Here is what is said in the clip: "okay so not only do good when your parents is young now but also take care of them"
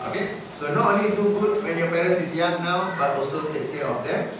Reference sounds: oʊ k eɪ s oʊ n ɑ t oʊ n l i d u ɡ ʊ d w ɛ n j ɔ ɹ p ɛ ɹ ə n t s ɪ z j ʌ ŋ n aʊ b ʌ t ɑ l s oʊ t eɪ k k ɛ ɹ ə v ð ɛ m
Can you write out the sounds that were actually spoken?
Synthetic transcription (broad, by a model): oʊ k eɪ s oʊ n ɑ t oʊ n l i d u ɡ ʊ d w ɛ n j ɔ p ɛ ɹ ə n s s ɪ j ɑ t n aʊ b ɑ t ɑ l s oʊ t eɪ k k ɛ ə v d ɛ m